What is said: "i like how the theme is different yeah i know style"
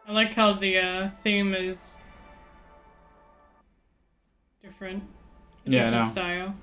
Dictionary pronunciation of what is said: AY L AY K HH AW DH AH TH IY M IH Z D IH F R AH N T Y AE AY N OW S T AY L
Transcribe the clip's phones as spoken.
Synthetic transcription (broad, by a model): AY L AY K HH AW DH AH TH IY M IH Z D IH F R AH N T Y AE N S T AY L